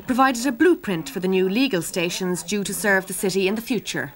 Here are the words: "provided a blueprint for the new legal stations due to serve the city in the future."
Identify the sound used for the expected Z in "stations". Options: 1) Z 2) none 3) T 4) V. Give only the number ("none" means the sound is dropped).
1